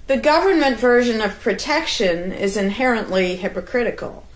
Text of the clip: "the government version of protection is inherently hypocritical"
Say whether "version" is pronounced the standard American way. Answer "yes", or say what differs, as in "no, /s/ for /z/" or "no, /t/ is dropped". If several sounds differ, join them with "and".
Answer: yes